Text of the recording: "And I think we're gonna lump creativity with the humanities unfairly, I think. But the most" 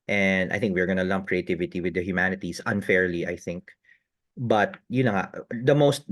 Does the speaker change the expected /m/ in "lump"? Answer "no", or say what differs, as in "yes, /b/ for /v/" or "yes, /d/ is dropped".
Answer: no